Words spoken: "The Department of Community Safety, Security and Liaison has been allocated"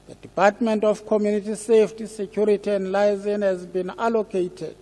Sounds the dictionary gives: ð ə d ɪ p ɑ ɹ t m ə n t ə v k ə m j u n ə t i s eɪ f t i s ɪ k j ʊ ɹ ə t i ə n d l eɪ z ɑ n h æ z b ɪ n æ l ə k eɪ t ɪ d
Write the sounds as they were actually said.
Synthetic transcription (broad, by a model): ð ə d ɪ p ɑ t m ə n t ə f k ə m j u n ə t i s eɪ f t i s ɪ k j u ɹ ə t i ə n d l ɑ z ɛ n h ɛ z b ɪ n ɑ l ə k eɪ t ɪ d